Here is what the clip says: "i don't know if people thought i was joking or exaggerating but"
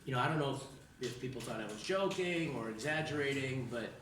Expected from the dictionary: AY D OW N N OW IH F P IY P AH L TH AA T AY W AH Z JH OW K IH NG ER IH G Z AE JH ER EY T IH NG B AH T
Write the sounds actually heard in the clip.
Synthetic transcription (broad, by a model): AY D OW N N OW IH F P IY P L TH AA T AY W AH Z JH OW K IH NG ER IH G Z AE JH ER EY T IH NG B AH T